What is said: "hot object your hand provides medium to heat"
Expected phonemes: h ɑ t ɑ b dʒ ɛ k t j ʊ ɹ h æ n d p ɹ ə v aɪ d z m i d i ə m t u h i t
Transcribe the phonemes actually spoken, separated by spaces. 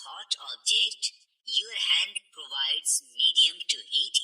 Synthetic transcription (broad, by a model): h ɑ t ɑ b dʒ ɛ k t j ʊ h æ n d p ɹ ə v aɪ d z m i d i ə m t u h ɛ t